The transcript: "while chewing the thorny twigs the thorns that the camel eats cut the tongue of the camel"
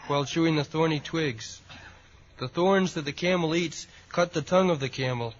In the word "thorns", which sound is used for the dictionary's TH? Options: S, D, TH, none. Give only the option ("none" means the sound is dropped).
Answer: TH